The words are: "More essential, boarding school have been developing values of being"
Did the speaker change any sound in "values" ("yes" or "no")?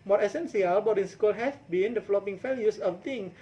yes